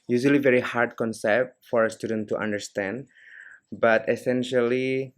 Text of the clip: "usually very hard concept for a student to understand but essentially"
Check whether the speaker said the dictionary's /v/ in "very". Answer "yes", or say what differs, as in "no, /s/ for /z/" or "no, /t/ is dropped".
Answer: yes